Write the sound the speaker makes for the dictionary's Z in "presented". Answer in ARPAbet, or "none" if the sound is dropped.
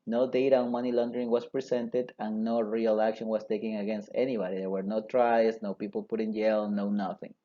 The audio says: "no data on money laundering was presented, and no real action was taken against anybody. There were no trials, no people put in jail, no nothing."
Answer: S